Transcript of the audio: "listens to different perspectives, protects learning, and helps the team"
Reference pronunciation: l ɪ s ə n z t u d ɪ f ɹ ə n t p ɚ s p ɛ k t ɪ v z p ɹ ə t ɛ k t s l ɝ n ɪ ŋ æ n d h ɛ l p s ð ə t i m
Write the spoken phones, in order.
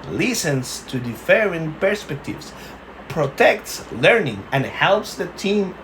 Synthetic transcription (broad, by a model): l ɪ s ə n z t u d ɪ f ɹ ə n p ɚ s p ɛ k t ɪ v s p ɹ ə t ɛ k t s l ɝ n ɪ ŋ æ n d h ɛ l p s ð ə t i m